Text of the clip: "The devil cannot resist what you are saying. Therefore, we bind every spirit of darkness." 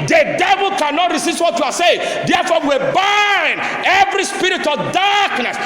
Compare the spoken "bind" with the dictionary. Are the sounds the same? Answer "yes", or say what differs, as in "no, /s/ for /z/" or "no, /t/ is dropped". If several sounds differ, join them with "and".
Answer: no, /d/ is dropped